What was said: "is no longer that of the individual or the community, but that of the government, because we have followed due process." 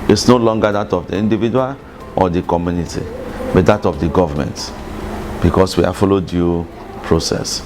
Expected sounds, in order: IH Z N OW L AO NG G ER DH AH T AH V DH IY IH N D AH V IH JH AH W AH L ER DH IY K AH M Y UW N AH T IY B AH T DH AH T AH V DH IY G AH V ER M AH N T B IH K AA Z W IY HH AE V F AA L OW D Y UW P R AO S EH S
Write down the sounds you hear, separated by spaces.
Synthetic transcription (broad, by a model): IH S N OW L AO NG G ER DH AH T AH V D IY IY N D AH V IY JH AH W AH L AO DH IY K AH M Y UW N AH T IY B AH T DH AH T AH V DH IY G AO V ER M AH N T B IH K AA S W IY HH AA F AA L OW D Y UW P R AO S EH S